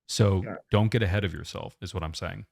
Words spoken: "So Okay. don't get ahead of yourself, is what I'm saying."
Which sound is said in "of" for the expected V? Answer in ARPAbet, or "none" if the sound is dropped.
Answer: V